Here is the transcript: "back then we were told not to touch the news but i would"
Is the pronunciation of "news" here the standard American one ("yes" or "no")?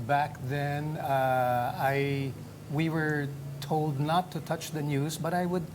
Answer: yes